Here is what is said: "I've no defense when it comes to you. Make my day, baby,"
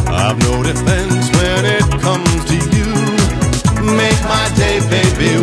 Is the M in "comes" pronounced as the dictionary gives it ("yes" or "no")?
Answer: yes